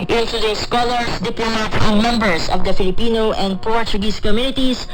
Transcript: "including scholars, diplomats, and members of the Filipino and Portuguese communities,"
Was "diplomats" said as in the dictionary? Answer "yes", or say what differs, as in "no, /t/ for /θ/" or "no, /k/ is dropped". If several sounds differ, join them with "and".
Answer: no, /s/ is dropped